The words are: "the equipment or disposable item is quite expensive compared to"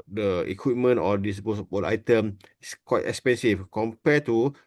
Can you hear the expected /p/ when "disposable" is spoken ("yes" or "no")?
no